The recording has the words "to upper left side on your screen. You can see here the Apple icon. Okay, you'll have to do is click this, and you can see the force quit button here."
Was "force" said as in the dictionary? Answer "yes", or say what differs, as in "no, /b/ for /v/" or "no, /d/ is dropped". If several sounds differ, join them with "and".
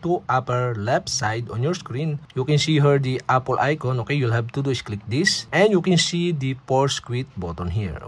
no, /p/ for /f/